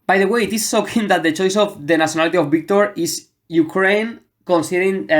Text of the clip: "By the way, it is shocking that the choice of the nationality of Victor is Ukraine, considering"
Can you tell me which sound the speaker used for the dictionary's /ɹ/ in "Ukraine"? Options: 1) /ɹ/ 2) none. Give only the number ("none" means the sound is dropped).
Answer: 1